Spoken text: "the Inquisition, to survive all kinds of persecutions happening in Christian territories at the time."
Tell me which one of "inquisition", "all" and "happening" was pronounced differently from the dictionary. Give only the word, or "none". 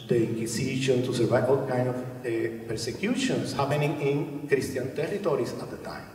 inquisition